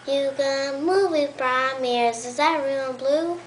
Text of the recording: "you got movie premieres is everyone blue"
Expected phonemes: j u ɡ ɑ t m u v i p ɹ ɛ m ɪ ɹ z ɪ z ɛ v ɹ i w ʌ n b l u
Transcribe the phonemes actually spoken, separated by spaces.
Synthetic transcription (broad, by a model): j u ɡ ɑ m u v i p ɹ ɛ m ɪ ɹ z ɪ z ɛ ɹ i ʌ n b l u